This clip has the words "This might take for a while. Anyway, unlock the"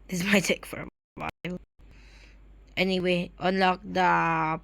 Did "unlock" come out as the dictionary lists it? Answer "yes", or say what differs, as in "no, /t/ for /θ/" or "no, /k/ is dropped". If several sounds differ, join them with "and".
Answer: yes